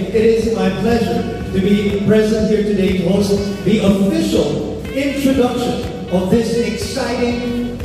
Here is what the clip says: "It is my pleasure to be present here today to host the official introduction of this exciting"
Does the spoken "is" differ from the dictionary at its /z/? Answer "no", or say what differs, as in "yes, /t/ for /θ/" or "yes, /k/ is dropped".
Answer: no